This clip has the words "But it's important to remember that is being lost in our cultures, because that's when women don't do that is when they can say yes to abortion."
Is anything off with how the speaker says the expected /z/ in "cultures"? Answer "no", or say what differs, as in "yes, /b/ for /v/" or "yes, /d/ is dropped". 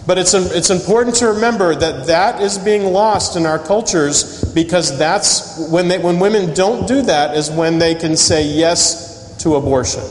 no